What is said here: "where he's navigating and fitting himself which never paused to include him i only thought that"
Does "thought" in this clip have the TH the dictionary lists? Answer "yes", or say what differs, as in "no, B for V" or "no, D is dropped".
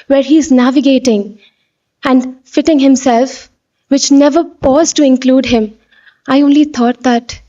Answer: no, T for TH